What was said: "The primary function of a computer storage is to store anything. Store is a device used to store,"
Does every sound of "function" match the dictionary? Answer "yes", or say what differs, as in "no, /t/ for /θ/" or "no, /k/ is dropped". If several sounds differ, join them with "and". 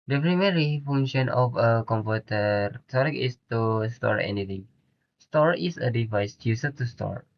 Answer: no, /k/ is dropped